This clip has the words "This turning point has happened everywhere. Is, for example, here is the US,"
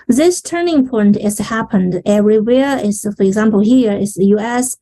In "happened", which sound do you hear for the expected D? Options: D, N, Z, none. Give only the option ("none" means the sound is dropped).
D